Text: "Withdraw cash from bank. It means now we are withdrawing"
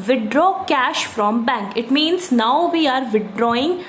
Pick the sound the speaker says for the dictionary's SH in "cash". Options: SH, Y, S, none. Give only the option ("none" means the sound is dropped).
SH